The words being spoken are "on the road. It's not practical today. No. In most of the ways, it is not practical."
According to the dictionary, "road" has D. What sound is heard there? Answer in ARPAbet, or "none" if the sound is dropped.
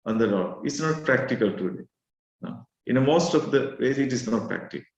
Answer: none